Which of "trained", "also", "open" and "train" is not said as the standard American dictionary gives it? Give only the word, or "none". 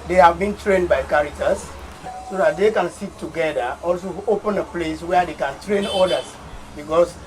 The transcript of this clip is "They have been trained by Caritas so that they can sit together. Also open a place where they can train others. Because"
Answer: none